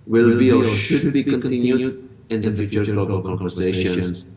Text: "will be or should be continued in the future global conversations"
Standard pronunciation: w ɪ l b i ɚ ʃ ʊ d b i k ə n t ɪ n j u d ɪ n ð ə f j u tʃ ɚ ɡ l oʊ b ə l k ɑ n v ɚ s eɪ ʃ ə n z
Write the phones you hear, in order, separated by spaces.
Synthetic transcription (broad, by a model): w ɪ l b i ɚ ʃ ʊ d b i k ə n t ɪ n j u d ɪ n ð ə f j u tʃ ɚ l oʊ ə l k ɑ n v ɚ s eɪ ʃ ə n